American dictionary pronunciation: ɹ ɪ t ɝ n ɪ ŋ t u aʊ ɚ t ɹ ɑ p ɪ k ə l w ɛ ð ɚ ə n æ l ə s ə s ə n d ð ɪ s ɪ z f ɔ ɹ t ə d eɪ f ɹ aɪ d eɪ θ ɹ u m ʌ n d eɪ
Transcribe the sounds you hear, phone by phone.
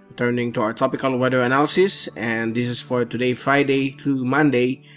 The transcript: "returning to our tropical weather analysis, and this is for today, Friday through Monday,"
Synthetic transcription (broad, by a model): t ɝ n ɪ ŋ t u aʊ ɚ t ɑ p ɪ k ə l w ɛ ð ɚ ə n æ l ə s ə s ə n d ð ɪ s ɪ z f ɔ ɹ t ə d eɪ f ɹ aɪ d eɪ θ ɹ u m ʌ n d eɪ